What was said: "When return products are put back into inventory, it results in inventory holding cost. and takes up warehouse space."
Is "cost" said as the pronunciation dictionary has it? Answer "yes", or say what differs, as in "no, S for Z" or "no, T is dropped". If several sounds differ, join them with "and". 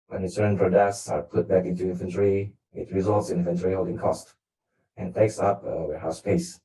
yes